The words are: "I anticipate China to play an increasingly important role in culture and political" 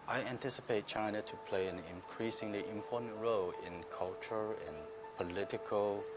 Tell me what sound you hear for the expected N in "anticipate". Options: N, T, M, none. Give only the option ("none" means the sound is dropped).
N